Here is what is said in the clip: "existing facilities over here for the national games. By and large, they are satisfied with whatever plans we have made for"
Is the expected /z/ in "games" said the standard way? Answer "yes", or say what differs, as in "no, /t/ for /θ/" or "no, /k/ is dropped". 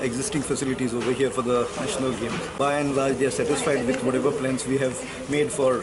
no, /z/ is dropped